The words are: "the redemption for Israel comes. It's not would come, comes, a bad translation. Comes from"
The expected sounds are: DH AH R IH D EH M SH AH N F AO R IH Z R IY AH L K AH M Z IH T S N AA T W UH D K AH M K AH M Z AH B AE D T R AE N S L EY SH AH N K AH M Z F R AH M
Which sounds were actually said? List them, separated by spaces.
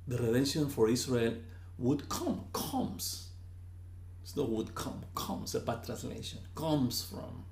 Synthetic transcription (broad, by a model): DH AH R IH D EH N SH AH N F AO R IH S R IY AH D K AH M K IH S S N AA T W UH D K AH M K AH M S AH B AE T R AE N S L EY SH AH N K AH M S F R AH M